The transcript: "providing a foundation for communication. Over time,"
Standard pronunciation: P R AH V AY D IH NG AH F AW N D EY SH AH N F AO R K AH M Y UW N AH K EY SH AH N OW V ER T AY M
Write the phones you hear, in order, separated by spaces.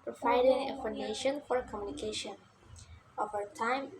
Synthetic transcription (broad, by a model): P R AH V AY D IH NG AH F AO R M EY SH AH N F AO R K AH M Y UW N AH K EY SH AH N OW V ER T AY M